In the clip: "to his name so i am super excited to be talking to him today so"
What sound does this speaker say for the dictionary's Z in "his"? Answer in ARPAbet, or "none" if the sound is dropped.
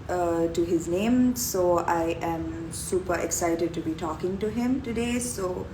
Z